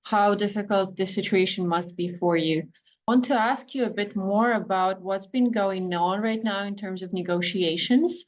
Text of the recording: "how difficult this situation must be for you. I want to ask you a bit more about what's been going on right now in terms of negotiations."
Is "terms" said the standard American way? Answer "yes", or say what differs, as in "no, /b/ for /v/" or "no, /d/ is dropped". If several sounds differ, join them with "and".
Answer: yes